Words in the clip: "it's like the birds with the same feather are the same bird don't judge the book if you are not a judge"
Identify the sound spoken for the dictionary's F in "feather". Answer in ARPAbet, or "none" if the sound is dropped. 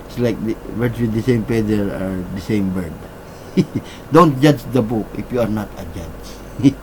P